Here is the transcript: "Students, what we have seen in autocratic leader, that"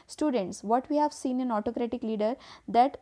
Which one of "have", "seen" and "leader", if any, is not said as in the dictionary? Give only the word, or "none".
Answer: none